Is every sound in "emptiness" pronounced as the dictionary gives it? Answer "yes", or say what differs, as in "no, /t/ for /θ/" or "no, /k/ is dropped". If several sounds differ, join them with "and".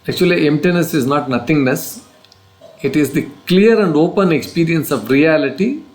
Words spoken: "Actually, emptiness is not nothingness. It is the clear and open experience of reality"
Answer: yes